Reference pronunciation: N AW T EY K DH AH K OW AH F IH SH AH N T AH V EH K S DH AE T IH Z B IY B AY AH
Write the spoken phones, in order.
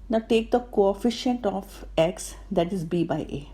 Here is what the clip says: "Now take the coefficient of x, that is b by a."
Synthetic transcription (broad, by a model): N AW T EY K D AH K OW AH F IH SH AH N T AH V EH K S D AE T IH Z B IY B AY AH